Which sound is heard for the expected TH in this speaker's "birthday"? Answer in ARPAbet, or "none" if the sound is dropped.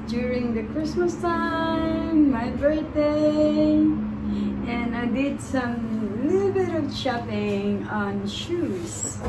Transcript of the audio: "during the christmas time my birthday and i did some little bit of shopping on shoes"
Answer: T